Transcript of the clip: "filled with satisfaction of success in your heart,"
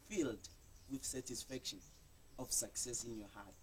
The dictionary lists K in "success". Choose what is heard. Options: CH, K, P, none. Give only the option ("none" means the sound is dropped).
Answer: K